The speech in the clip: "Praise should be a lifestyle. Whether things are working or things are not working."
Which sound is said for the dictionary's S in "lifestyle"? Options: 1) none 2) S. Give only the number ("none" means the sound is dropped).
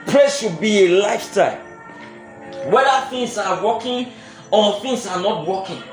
1